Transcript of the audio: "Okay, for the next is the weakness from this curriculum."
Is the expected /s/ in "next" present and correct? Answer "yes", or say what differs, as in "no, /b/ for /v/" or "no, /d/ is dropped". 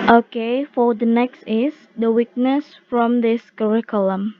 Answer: yes